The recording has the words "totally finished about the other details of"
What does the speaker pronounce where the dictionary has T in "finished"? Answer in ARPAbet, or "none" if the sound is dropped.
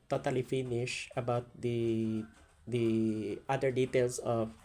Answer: none